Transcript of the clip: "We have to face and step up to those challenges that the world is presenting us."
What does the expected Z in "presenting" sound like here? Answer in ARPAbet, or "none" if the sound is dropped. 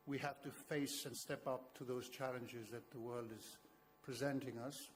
Z